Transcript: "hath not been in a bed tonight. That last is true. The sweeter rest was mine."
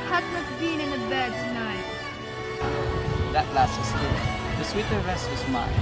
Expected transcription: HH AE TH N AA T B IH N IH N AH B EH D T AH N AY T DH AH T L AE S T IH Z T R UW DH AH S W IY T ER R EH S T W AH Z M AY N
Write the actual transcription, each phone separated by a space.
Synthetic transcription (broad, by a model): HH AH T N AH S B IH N IH N AH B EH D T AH N AY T DH AH T L AE S T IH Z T UW DH AH S W IY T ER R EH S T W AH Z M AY